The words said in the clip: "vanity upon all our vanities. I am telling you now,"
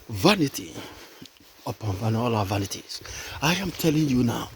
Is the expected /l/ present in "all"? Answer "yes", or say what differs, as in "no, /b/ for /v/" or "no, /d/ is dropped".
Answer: no, /n/ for /l/